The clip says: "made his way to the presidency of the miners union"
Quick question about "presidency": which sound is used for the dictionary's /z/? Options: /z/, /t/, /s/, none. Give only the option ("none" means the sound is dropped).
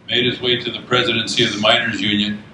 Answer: /z/